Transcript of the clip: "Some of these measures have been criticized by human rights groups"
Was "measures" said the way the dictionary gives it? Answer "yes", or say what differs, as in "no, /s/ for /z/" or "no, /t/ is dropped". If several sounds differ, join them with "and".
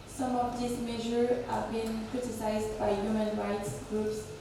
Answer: no, /z/ is dropped